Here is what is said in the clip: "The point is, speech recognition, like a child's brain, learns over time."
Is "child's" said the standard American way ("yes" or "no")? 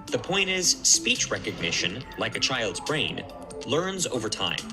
yes